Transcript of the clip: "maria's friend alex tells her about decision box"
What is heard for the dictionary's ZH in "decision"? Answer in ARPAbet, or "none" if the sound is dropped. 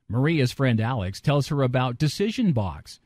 ZH